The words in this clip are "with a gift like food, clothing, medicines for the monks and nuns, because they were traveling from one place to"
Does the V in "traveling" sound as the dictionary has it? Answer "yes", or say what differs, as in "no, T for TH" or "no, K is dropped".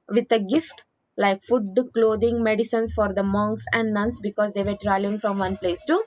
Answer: no, V is dropped